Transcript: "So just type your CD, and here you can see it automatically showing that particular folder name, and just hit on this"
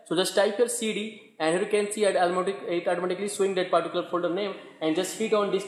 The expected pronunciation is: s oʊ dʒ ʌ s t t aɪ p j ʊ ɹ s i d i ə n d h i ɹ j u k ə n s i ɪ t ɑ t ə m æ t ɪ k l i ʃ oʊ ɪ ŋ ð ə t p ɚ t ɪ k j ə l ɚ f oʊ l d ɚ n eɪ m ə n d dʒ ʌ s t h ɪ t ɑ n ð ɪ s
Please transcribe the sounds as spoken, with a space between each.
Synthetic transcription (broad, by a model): s oʊ dʒ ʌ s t t aɪ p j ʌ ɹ s i d i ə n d h i ɹ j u k ə n s i ɪ t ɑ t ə m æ t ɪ k l i s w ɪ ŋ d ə t p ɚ t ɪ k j l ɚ f oʊ l d ɚ n eɪ m ə n d dʒ ʌ s t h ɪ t ɑ n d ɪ s